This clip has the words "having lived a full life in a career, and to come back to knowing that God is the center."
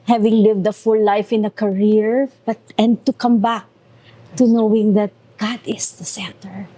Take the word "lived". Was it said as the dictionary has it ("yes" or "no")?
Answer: yes